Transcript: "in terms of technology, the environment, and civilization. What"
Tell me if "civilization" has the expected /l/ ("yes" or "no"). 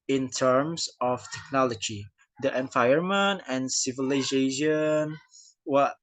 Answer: yes